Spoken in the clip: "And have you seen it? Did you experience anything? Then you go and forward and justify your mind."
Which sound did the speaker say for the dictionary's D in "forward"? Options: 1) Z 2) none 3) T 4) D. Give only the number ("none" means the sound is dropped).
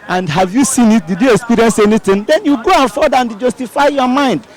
2